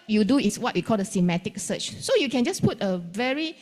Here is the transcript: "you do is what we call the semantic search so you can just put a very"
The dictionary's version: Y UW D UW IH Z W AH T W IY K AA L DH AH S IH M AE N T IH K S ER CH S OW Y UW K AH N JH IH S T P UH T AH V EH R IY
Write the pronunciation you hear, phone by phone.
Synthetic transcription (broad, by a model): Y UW D UW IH S W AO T W IY K AA L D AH S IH M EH T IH K S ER CH S OW Y UW K AH N JH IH S P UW T AH V EH R IY